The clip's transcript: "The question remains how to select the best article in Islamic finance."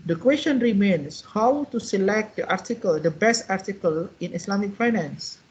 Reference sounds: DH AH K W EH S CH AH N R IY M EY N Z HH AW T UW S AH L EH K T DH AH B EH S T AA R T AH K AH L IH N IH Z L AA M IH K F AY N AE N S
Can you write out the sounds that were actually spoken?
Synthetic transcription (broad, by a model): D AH K W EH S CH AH N R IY M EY N S HH AW T UW S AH L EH K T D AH B EH S T AA R T AH K AH L IH N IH S L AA M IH K F AY N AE N S